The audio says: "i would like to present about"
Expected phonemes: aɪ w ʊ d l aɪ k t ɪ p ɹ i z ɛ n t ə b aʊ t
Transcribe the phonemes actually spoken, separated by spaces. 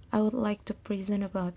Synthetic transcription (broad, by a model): aɪ w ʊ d l aɪ k t ɪ p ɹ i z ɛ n ə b aʊ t